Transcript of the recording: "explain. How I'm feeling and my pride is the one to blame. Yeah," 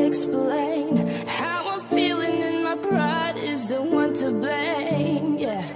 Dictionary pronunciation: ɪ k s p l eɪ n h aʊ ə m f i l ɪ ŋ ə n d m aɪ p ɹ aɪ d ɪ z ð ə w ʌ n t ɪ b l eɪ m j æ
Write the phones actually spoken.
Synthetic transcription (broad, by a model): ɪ k s p l eɪ n h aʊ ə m f i l ɪ ŋ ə n m aɪ b ɹ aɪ d ɪ z ð ə w ʌ n t ɪ b l eɪ m j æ